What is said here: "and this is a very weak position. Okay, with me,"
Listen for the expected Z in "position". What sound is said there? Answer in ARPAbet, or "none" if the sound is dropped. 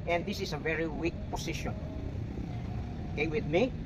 S